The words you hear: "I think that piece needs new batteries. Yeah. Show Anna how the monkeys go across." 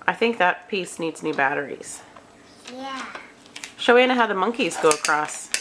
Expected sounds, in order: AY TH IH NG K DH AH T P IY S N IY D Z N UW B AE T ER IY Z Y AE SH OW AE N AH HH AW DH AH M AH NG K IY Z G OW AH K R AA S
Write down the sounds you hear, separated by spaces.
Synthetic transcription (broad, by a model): AY TH IH NG K DH AH T P IY S N IY D Z N UW B AE T ER IY Z Y AE SH OW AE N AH HH AW DH AH M AH NG K IY Z G OW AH K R AA S